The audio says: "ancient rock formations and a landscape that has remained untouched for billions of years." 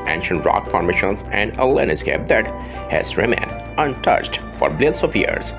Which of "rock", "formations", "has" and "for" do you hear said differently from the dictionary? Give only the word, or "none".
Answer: formations